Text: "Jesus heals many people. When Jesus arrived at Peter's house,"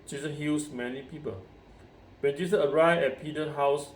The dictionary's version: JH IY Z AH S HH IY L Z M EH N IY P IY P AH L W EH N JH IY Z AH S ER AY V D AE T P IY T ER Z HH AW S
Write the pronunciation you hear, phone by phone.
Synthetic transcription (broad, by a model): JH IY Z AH HH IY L S M EH N IY P IY P AH L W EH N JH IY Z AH ER AY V EH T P IY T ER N HH AW S